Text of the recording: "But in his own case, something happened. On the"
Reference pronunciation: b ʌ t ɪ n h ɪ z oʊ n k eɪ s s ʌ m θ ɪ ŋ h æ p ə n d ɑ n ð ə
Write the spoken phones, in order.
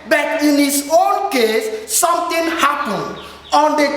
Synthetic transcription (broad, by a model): b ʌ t ɪ n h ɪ s oʊ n k eɪ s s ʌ m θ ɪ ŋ h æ p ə n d ɑ n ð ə